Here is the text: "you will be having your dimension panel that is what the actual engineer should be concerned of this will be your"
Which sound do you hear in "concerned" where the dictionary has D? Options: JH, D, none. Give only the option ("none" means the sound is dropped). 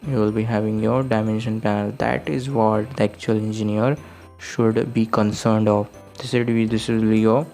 D